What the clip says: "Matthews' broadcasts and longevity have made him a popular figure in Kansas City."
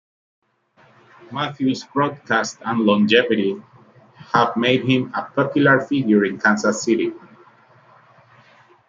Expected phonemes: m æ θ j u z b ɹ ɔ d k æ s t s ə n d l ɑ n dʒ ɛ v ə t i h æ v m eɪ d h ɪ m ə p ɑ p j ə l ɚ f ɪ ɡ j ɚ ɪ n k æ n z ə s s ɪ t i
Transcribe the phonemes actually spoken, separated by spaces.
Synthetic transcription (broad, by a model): m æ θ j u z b ɹ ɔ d k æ s t ə n l ɑ n dʒ ɛ v ə t i h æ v m eɪ d h ɪ m ə p ɑ p j ə l ɚ f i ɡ j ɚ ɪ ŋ k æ n s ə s s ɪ t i